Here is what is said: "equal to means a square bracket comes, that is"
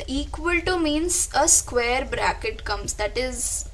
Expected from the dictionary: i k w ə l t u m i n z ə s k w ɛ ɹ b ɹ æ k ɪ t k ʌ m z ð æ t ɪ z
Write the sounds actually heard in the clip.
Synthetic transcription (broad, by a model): i k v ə l t u m i n s ə s k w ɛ ɹ b ɹ æ k ɪ t k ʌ m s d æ t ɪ z